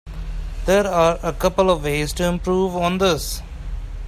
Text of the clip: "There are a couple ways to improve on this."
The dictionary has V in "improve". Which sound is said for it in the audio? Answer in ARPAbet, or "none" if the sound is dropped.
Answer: V